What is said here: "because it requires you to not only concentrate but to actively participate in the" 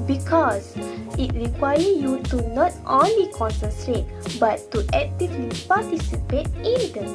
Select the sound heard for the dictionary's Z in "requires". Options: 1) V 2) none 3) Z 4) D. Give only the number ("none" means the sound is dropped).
2